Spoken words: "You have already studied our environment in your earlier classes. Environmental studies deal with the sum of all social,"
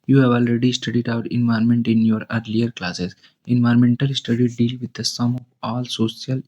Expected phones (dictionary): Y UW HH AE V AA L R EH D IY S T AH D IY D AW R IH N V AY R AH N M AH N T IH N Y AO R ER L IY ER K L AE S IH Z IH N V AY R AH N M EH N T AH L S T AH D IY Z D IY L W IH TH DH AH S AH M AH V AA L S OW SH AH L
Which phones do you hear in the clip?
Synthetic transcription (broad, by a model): Y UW HH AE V AA L R EH D IY S T AH D IY D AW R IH N V AY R M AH N T IH N Y AO R ER L IY ER K L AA S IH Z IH N V AY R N M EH N T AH L S T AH D IY D IY L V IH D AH S AH M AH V AA L S OW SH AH L